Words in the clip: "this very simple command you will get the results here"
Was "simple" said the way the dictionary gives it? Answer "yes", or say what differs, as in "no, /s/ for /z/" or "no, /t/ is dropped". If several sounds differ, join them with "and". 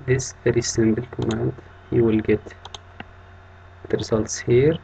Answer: no, /b/ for /p/